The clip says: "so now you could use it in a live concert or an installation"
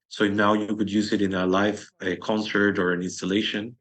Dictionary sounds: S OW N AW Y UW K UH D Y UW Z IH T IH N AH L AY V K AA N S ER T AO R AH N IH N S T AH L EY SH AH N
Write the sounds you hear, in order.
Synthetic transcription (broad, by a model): S OW N AW Y UW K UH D Y UW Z IH T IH N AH L AY F K AA N S ER T AO R AH N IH N S T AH L EY SH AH N